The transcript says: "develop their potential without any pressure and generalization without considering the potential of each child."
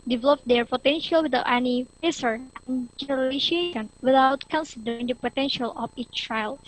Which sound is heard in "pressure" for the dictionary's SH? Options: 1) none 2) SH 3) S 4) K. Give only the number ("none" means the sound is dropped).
3